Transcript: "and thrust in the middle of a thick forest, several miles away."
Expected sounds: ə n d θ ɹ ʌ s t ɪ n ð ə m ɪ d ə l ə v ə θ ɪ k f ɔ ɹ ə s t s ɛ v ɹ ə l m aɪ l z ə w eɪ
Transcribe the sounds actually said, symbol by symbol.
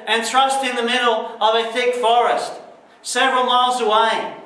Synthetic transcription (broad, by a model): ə n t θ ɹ ʌ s t ɪ n ð ə m ɪ d l ə v ə θ ɪ k f ɔ ɹ ə s t s ɛ v ɹ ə l m aɪ l z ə w eɪ